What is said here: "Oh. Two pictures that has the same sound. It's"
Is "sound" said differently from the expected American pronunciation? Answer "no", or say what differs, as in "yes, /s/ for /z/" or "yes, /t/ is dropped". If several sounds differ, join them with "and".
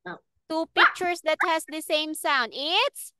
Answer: no